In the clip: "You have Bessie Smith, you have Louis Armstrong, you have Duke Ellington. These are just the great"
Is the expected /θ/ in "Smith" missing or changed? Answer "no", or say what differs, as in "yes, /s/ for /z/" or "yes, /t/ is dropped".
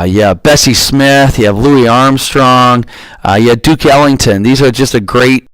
no